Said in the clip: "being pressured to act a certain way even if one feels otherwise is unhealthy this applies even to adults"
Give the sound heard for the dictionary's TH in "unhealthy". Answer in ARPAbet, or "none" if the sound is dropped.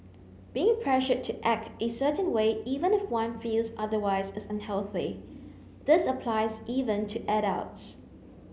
TH